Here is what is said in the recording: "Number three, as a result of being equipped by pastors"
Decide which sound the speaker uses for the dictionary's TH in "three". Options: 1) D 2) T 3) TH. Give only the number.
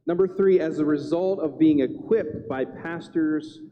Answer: 3